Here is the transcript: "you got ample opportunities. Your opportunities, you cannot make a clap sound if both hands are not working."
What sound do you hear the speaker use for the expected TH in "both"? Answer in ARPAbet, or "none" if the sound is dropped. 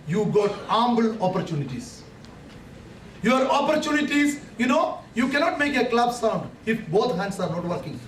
T